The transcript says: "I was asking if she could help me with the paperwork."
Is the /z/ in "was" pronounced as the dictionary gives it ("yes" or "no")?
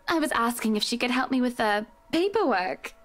yes